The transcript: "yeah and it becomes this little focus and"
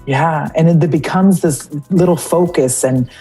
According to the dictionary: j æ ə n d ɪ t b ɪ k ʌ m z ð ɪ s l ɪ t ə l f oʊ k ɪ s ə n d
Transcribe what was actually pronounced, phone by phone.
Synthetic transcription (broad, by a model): j æ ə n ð ɪ t b ɪ k ʌ m z ð ɪ s l ɪ t l f oʊ k ɪ s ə n